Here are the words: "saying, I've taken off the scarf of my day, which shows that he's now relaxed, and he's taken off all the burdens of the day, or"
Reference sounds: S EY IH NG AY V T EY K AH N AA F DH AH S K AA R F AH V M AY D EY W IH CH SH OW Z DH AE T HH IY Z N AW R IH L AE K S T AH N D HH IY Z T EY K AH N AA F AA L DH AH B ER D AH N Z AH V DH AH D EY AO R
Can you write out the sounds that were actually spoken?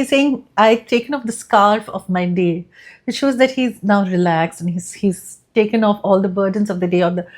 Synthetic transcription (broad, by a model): S EY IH NG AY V T EY K AH N AA F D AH S K AA R F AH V M AY D EY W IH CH SH OW Z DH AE T HH IY Z N AW R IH L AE K S AH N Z HH IY Z T EY K AH N AA F AA L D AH B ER D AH N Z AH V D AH D EY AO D